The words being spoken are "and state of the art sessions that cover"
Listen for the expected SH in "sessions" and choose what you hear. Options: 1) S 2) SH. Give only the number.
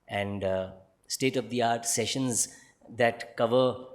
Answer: 2